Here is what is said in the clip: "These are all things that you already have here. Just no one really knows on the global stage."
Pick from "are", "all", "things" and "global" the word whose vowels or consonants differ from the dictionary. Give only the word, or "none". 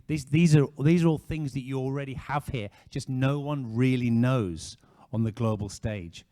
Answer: none